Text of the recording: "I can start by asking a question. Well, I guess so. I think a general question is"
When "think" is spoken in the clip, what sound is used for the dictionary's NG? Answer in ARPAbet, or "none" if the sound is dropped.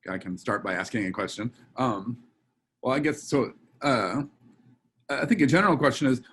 NG